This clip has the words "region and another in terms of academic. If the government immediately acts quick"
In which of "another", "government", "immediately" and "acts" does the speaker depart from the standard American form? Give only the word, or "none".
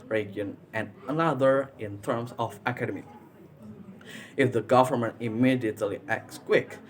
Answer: none